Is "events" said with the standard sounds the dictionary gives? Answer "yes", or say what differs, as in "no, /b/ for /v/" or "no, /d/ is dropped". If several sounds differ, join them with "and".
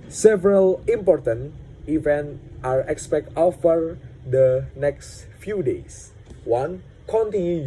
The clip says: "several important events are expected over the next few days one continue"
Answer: no, /s/ is dropped